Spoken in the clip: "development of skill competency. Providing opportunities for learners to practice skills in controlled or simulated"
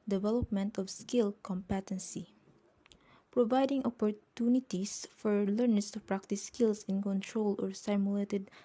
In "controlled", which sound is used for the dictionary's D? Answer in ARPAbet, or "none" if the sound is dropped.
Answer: none